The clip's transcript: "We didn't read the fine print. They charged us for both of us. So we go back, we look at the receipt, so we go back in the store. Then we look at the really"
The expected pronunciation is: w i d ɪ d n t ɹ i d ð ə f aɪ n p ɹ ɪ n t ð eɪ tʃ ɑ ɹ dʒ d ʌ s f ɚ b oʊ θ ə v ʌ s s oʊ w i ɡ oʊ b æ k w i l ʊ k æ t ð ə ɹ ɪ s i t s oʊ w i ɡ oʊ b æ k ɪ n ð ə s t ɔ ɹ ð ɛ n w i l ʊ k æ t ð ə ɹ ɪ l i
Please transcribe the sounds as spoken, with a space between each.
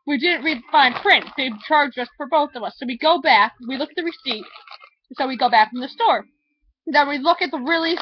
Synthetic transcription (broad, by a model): w i d ɪ d n t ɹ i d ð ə f aɪ n p ɹ ɪ n t ð eɪ tʃ ɑ ɹ dʒ ʌ s f ɚ b oʊ θ ə v ʌ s s oʊ w i ɡ oʊ b æ k w i l ʊ k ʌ t ð ə ɹ ɪ s i t s oʊ w i ɡ oʊ b æ k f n ð ə s t ɔ ɹ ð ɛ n w i l ʊ k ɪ t ð ə ɹ ɪ l i